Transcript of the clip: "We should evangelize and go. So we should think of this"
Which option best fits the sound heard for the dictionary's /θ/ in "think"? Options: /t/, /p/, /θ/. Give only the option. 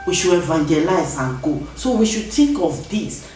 /t/